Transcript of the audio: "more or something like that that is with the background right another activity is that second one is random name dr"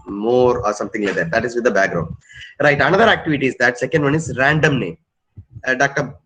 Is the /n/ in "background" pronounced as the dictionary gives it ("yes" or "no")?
yes